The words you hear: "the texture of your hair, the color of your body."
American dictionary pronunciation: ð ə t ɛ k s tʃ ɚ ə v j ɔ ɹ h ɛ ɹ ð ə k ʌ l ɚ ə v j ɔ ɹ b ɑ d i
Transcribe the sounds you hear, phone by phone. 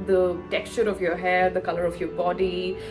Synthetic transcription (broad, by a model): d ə t ɛ k s tʃ ɚ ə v j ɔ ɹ h ɛ ɹ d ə k ʌ l ɚ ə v j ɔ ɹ b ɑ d i